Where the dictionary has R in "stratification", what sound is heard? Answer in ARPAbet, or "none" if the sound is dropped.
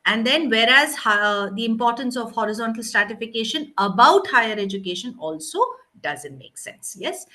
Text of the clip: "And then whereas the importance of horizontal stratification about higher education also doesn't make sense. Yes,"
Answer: R